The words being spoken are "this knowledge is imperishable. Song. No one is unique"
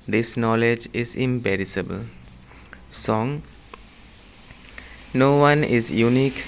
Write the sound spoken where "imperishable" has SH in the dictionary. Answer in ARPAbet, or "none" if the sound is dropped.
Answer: S